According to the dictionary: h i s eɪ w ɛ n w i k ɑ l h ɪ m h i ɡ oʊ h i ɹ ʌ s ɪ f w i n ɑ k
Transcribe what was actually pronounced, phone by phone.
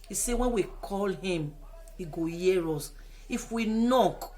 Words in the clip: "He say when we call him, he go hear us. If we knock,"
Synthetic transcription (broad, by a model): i s eɪ w ɛ n w i k ɑ l h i m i ɡ oʊ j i ɹ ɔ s ɪ f w i n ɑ k